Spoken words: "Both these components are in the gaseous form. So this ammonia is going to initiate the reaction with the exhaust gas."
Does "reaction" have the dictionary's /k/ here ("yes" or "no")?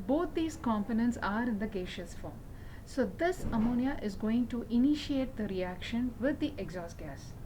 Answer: yes